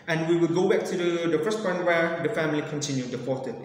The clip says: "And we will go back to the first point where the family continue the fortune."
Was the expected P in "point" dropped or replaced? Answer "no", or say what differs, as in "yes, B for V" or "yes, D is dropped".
yes, F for P